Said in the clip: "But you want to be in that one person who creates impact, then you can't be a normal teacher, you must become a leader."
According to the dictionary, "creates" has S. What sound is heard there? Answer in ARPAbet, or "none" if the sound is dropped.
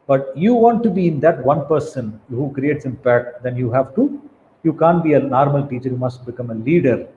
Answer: S